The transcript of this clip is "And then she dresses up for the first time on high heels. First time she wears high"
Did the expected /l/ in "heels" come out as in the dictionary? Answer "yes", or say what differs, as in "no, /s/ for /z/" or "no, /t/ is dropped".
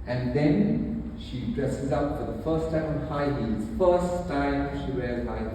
no, /l/ is dropped